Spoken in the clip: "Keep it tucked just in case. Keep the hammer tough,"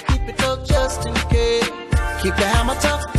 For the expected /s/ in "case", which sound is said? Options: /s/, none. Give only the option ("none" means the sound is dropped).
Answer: none